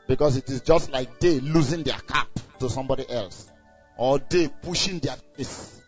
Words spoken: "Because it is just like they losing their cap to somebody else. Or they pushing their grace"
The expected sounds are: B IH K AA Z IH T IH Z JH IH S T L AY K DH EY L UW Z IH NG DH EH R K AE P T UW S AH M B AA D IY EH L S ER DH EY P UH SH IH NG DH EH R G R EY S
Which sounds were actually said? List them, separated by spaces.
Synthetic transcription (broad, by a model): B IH K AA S IH T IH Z JH IH S T L AY K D EY L UW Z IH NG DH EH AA K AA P T UW S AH M B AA D IY EH L S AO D EY P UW SH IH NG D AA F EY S